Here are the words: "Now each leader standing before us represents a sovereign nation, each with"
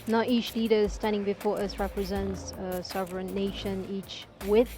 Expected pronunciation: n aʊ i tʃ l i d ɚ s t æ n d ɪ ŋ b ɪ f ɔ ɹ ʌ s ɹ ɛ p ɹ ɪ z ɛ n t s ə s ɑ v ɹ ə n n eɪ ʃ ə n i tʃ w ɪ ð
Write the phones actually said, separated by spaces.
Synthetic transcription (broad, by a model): n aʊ i tʃ l i d ɚ s t æ n d ɪ ŋ b ɪ f ɔ ɹ ʌ s ɹ ɛ p ɹ ɪ z ɛ n t s ə s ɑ v ɹ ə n n eɪ ʃ ə n i tʃ w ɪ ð